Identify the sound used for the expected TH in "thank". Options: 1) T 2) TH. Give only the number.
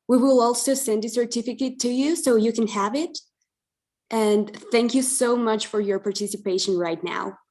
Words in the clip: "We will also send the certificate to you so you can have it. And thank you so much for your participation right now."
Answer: 2